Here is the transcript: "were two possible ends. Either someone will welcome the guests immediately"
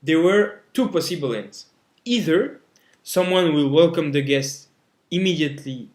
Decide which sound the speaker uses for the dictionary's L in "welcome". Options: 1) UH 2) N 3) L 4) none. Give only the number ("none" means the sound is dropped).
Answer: 3